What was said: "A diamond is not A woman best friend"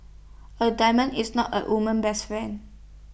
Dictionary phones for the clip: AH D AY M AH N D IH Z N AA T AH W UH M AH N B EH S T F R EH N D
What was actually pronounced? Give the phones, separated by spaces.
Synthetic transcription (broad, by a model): AH D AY M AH N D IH S N AA T AH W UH M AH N B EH S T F EH N